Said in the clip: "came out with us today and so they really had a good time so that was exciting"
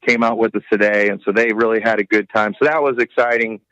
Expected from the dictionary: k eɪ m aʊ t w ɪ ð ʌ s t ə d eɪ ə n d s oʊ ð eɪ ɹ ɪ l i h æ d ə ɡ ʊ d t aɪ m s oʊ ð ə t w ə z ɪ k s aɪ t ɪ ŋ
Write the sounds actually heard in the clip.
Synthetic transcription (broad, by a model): k eɪ m aʊ t w ɪ ð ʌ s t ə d eɪ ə n s oʊ ð eɪ ɹ ɪ l i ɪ d ə ɡ ʊ d t aɪ m s oʊ ð ə t w ə z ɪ k s aɪ t ɪ ŋ